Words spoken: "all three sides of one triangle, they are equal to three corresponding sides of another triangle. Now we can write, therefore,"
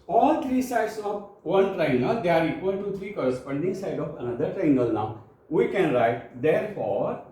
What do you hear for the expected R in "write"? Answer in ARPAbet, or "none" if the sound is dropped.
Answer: R